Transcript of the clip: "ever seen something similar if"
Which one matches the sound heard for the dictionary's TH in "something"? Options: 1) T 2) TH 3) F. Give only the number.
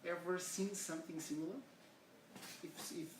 2